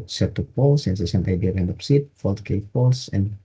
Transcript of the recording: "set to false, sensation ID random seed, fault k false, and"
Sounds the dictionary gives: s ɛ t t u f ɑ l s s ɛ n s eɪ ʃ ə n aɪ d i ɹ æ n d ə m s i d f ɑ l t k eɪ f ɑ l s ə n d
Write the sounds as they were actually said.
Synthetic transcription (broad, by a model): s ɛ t t u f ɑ l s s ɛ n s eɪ s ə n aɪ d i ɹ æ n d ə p s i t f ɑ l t k eɪ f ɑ l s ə n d